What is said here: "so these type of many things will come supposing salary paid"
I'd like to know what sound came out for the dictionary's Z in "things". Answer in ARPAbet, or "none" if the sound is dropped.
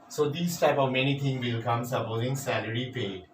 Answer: none